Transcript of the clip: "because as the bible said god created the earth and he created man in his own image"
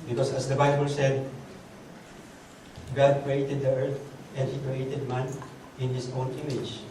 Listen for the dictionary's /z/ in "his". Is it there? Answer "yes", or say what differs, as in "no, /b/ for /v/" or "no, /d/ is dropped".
no, /s/ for /z/